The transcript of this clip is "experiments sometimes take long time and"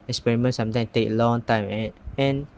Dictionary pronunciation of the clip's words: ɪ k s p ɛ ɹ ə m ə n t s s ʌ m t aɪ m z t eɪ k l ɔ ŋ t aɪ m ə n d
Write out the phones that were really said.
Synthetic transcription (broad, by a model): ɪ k s p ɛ ɹ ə m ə n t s s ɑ m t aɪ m t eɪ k l ɔ ŋ t aɪ m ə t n